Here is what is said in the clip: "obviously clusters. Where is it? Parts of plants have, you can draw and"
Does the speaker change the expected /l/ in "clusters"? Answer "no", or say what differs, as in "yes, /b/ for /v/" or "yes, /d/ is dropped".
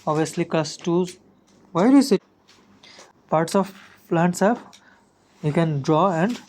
yes, /l/ is dropped